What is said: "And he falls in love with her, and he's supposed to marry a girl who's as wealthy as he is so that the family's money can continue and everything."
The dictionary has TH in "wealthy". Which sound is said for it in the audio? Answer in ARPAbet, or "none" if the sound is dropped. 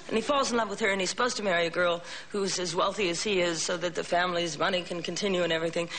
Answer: TH